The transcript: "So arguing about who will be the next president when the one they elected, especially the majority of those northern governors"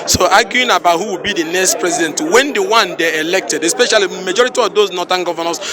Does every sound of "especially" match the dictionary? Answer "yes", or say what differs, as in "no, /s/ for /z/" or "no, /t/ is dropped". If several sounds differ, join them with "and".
no, /l/ is dropped